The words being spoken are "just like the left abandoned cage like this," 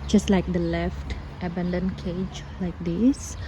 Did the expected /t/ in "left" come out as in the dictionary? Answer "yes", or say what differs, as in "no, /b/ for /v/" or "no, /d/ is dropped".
yes